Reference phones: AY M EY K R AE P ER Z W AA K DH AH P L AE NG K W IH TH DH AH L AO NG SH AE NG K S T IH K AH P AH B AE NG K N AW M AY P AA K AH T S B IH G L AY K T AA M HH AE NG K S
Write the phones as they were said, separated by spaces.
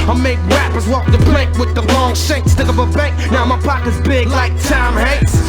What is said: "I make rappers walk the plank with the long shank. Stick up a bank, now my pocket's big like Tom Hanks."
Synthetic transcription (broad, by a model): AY M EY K R AE P ER Z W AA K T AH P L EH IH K W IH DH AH L AO NG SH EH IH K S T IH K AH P AH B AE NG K N AW M AY P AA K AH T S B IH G L AY K T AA M HH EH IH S